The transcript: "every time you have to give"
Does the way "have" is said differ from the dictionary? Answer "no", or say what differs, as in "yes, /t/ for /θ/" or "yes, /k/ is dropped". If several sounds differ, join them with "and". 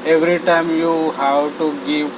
yes, /w/ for /v/